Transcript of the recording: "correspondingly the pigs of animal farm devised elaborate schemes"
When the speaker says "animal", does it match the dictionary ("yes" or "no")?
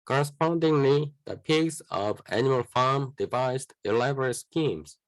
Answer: no